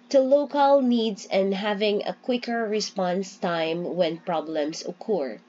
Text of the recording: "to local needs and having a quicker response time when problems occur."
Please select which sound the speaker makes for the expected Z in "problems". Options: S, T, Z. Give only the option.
S